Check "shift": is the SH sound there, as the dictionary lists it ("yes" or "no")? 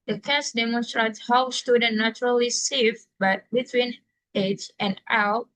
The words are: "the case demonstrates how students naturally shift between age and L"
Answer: no